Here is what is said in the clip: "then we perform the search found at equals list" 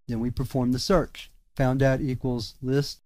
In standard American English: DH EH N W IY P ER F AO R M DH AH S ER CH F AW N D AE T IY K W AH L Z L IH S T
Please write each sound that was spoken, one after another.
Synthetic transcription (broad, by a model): DH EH N W IY P ER F AO R M DH AH S ER CH F AW N D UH T IY K W AH L Z L IH S T